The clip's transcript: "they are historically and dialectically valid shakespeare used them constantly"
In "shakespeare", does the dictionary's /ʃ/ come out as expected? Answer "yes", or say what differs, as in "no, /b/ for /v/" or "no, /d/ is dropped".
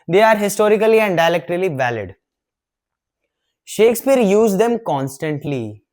yes